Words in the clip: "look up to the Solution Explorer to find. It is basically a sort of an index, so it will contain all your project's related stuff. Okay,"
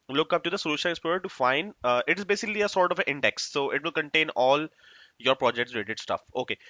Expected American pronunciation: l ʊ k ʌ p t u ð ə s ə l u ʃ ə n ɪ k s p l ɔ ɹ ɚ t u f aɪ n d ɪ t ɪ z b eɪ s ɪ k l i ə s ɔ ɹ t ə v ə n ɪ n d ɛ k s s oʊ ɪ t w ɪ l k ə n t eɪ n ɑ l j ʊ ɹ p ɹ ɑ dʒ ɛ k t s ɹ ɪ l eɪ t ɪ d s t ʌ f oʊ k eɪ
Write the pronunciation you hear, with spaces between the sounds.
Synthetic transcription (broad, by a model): l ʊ k ʌ p t u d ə s ə l u ʃ ə n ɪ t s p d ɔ ɚ t u f aɪ n d ɪ t ɪ z b eɪ s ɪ k l i ə s ɔ ɹ t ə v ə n ɪ n d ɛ k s s oʊ ɪ t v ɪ l k ə n t eɪ n ɑ l j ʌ ɹ p ɹ ɑ dʒ ɛ k t s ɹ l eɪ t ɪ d s t ʌ f oʊ k eɪ